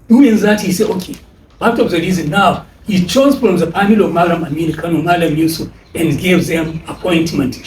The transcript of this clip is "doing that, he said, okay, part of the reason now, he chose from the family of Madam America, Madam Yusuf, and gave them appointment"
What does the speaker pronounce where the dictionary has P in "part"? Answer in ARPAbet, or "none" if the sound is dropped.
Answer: B